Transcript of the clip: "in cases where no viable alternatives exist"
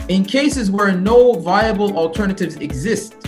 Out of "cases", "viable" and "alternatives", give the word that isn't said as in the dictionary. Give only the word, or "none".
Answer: none